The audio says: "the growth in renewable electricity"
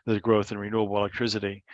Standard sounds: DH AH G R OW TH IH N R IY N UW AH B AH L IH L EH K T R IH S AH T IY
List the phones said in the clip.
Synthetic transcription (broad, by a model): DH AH G R OW TH IH N R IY N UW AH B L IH L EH K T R IH S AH T IY